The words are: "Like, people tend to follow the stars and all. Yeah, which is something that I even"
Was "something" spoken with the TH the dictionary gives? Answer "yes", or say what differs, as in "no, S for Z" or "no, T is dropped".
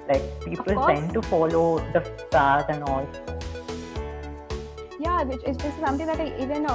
no, T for TH